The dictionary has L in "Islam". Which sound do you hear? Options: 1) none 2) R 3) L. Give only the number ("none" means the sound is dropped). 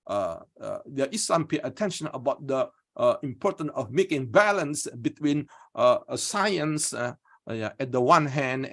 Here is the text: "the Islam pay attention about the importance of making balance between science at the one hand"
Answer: 1